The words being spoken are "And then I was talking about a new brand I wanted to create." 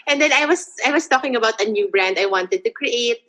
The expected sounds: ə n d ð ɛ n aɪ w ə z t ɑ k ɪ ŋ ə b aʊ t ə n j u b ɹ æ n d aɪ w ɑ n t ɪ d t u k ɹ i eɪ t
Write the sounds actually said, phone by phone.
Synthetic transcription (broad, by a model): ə n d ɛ n aɪ w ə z t ɑ k ɪ ŋ ə b aʊ t ə n j u b ɹ æ n d aɪ w ɑ n t ɪ d t u k ɹ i eɪ t